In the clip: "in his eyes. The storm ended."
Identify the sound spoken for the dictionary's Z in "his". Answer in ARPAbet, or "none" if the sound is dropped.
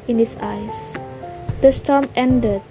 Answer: S